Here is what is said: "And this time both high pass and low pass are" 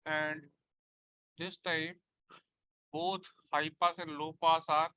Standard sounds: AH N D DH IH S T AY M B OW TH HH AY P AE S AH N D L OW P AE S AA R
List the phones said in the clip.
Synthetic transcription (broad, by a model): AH N D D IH S T AY M B OW T HH AY P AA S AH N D L OW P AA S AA R